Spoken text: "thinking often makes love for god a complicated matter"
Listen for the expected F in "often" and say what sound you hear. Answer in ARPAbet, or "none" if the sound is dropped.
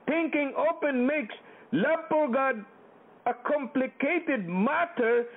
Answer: P